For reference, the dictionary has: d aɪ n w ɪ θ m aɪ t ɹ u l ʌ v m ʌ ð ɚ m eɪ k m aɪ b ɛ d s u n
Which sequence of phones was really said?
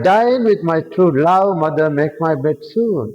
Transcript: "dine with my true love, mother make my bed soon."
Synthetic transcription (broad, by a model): d aɪ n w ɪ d m aɪ t ɹ u l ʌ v m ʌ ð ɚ m eɪ k m aɪ b ɛ d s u n